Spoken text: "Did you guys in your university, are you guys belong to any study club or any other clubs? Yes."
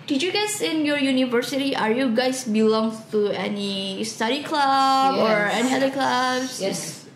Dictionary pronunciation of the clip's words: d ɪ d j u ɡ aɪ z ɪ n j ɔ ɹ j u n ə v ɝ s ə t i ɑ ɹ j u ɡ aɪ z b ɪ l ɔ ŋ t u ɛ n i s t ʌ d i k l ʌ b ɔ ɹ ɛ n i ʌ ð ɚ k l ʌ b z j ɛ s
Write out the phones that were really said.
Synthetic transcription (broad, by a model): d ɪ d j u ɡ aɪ s ɪ n j ɔ ɹ j u n ə v ɝ s ə t i ɑ ɹ j u ɡ aɪ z b ɪ l ɔ ŋ t u ɛ n i s t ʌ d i k l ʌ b ɔ ɹ ɛ n i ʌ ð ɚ k l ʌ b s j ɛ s